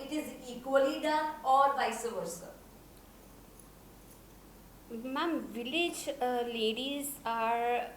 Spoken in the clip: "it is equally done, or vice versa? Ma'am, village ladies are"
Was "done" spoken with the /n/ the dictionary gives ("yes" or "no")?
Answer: no